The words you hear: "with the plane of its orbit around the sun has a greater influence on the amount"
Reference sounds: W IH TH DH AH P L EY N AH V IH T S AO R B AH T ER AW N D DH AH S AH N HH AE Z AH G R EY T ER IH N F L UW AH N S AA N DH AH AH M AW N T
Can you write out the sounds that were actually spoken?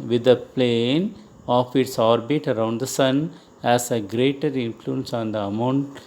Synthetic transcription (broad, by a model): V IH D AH P L EY N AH F IH T S AO R B AH T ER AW N D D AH S AH N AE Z AH G R EY T ER IH N F L UW AH N S AA N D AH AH M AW N T